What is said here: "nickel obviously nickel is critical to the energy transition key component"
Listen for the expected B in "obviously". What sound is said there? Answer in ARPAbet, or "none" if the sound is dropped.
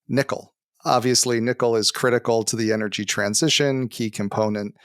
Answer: B